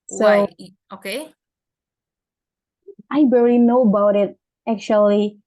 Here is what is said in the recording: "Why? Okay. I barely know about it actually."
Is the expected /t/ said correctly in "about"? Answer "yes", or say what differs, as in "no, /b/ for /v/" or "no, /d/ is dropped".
yes